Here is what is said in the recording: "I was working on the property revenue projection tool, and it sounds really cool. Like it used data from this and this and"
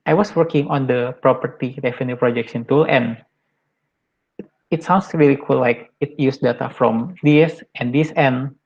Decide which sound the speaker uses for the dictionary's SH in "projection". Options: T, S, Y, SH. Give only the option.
S